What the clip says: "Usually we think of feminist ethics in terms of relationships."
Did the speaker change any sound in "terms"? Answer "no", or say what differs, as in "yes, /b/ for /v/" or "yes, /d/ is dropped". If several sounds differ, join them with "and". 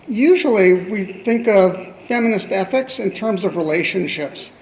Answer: no